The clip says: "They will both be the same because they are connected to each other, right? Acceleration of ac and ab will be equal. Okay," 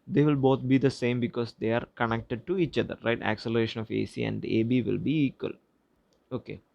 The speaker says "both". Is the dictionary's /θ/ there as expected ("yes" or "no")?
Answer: no